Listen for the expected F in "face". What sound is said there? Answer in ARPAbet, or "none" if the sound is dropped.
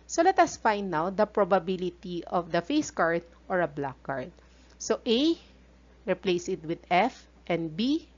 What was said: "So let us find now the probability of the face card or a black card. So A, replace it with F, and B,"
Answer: F